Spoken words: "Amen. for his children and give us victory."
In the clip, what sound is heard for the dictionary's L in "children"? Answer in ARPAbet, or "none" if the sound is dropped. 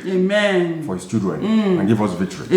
none